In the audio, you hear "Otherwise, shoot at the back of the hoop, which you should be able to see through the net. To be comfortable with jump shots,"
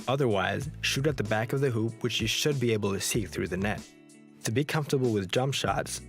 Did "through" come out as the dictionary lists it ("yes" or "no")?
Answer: yes